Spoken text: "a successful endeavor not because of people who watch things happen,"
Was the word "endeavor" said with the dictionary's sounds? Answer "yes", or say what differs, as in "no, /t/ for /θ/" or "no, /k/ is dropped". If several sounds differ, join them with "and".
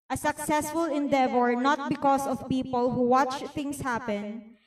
yes